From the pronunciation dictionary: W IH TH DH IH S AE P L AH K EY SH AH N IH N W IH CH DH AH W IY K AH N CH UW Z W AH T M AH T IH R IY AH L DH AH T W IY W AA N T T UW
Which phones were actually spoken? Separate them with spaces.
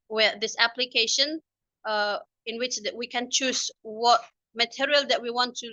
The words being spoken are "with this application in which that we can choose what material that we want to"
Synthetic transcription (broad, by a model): W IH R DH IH S AE P L AH K EY SH AH N IH N W IH CH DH W IY K AH N CH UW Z W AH T M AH T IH R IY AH L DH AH T W IY W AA N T T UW